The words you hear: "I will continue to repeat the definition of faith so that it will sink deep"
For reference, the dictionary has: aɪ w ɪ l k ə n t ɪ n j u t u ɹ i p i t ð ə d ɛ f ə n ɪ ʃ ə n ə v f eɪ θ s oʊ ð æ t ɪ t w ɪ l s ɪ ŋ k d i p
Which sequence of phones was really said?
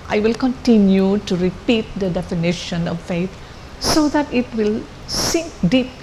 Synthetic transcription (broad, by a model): aɪ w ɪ l k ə n t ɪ n j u t u ɹ i p i t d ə d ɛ f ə n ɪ ʃ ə n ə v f eɪ t s oʊ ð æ t ɪ t w ɪ l s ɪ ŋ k d i p